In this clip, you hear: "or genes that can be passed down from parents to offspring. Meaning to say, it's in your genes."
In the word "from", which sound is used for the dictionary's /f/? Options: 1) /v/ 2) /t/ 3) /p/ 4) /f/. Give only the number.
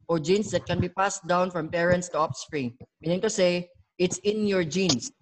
4